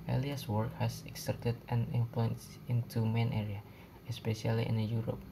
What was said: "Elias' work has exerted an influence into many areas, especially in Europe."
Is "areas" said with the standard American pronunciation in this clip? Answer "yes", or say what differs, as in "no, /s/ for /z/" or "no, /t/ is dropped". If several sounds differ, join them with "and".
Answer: no, /z/ is dropped